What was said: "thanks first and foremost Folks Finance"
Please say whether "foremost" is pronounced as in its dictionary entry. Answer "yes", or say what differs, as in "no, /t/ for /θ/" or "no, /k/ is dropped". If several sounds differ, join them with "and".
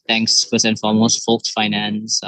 no, /l/ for /ɹ/